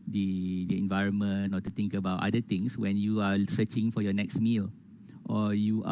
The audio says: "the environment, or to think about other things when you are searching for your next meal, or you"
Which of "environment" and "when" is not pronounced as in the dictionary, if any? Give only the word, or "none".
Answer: environment